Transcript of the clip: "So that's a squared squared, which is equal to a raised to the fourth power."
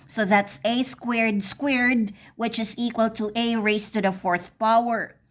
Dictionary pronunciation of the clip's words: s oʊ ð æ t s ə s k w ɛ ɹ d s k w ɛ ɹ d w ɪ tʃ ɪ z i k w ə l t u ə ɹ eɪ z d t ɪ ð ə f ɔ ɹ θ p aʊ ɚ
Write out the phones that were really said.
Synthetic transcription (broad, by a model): s oʊ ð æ t s ə s k w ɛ ɹ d s k w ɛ ɹ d w ɪ tʃ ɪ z i k w ə l t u ə ɹ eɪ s t ɪ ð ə f ɔ ɹ θ p aʊ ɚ